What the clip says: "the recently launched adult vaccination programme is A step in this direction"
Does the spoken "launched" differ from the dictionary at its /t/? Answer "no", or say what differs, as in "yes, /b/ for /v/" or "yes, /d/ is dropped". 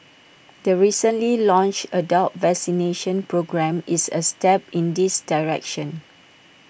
yes, /t/ is dropped